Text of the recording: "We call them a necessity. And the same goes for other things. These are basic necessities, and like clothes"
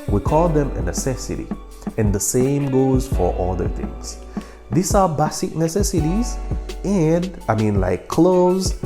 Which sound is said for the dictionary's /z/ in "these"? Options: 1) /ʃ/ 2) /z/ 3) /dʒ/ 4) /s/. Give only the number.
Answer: 4